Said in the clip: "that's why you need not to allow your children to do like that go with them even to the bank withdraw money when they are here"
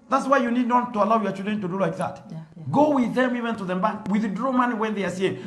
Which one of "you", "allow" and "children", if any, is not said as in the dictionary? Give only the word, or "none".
children